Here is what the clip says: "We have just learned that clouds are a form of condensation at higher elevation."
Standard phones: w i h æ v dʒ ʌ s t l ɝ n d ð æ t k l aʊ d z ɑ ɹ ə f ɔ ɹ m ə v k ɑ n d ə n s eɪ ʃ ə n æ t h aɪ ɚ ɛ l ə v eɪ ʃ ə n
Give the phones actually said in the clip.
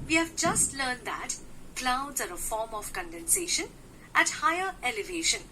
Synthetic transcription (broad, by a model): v i h æ v dʒ ʌ s t l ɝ n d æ t k l aʊ d z ɑ ɹ ə f ɔ ɹ m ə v k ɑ n d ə n s eɪ ʃ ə n æ t h aɪ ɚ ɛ l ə v eɪ ʃ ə n